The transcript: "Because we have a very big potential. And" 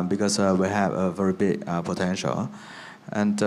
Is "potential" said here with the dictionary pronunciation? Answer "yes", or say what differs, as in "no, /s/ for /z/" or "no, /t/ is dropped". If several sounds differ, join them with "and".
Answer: yes